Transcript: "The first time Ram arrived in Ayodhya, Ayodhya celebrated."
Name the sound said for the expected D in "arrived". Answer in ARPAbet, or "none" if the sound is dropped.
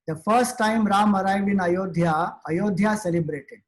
none